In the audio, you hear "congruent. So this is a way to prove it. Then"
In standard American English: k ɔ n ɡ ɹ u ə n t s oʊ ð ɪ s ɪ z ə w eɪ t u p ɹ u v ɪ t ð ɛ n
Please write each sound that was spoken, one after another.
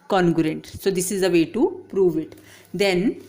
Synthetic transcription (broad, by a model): k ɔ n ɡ ɹ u n t s oʊ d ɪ s ɪ z ə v eɪ t u p ɹ u v ɪ t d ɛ n